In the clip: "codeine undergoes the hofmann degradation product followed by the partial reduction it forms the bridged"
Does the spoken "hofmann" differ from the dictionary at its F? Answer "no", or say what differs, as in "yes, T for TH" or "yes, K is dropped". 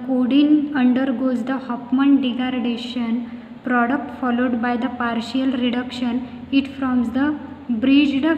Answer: yes, P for F